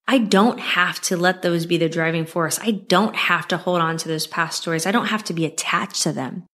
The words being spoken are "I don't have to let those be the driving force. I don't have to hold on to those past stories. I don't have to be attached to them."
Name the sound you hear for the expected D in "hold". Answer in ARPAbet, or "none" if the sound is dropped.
D